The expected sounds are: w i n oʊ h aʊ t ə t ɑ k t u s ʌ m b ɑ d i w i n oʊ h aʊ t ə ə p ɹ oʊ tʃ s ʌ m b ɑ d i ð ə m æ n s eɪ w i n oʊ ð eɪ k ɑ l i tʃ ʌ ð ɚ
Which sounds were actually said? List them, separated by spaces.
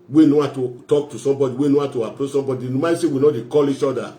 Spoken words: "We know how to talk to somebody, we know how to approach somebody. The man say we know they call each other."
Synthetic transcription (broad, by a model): w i n oʊ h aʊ t ə t ɑ k t u s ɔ m b ɑ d i w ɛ n oʊ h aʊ t ə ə p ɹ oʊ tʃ s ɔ m b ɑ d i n m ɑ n s eɪ w i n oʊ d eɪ k ɑ l i tʃ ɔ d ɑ